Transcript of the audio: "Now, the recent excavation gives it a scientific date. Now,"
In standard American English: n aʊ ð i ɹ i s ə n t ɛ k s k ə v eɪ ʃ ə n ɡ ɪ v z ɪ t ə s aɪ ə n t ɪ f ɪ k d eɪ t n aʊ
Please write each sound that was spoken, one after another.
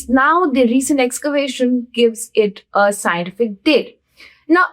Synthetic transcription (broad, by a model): n aʊ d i ɹ i s ə n t ɛ k s k ə v eɪ ʃ ə n ɡ ɪ v z ɪ t ə s aɪ ə n t ɪ f ɪ k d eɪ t n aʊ